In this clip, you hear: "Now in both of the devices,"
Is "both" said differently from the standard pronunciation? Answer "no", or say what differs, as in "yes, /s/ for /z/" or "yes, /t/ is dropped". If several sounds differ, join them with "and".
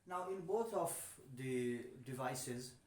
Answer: yes, /t/ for /θ/